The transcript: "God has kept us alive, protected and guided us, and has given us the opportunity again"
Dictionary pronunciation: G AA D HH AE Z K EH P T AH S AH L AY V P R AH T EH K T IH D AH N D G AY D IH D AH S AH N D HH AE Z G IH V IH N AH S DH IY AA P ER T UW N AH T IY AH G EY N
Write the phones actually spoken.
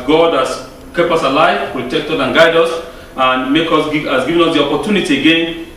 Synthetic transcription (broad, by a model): G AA D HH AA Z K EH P AH S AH L AY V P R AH T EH K T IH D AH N G AY D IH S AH N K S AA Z G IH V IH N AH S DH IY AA P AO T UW N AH T IY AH G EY N